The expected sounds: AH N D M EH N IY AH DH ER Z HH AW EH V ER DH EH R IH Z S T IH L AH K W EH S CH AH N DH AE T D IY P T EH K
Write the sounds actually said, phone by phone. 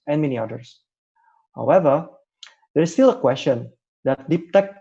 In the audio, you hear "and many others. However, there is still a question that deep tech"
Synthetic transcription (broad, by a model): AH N M EH N IY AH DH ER S HH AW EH V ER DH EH R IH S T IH L AH K W EH S CH AH N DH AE T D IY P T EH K